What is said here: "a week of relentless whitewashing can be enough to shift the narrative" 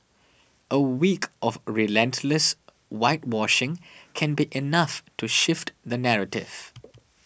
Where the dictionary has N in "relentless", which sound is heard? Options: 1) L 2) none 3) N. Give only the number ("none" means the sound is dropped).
3